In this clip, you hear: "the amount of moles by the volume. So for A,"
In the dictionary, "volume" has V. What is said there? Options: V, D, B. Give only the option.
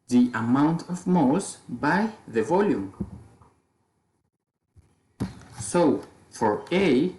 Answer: V